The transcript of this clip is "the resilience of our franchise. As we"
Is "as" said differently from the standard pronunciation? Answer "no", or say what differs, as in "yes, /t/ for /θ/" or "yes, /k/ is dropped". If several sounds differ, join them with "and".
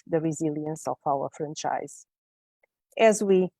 no